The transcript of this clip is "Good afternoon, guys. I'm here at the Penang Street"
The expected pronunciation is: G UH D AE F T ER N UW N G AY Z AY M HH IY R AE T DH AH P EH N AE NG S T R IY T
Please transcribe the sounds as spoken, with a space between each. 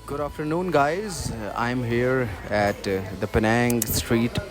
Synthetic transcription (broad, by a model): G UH D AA F T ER N UW N G AY Z AY M HH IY R AE T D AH P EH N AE NG S T R IY T